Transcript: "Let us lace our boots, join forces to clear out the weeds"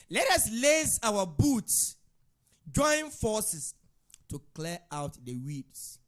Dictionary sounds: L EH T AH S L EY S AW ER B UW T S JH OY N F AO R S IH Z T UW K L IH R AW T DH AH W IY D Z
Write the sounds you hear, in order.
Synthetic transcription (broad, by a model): L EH T AH S L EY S AW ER B UW T S JH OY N F AO S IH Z T UW K L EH AW T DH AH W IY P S